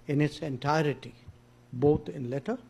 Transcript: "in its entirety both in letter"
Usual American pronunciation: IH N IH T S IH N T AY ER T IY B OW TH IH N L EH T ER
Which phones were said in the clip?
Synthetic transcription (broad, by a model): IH N IH T S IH N T AY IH T IY B OW T IH N L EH T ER